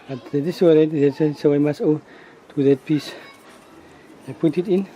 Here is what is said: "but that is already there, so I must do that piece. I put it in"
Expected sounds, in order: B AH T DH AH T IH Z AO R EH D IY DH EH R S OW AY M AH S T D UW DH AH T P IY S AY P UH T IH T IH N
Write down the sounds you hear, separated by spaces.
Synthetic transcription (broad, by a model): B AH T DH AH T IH S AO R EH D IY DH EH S S OW AY M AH S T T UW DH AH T P IY S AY P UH T IH T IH N